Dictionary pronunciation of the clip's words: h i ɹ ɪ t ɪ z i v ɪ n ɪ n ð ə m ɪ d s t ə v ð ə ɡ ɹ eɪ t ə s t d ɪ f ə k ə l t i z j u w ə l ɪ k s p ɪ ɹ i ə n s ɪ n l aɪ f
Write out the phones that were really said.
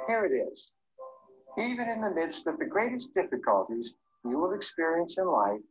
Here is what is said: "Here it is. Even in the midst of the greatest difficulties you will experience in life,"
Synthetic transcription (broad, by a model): h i ɹ ɪ t ɪ z i v ɪ n ɪ n ð ə m ɪ d s t ə v ð ə ɡ ɹ eɪ t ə s d ɪ f ə k ə l t i z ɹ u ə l ɪ k s p ɪ ɹ i ə n s ɪ n l aɪ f